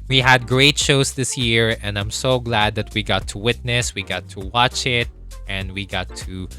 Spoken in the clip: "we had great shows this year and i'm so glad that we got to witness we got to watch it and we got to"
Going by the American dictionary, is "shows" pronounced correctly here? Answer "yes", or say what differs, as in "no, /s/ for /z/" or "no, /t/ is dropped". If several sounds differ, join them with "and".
no, /s/ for /z/